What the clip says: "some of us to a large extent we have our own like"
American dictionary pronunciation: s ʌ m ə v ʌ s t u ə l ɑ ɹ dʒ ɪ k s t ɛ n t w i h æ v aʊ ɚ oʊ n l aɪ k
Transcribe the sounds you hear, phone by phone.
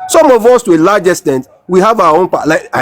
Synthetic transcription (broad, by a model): s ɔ m ə v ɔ s t u ə l ɑ dʒ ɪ s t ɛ n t w i h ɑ v aʊ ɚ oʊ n l aɪ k